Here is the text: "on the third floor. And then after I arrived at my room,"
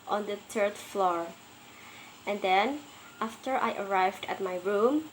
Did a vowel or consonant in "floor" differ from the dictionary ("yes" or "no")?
no